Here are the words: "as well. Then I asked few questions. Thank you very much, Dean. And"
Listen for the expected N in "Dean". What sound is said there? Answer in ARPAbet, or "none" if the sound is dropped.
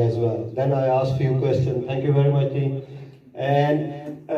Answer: none